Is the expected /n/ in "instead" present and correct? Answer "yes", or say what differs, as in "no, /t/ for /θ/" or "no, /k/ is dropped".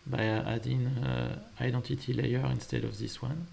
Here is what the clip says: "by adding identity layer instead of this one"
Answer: yes